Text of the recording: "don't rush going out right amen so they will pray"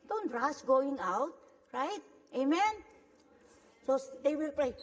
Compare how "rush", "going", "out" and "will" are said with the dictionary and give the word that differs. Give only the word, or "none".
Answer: rush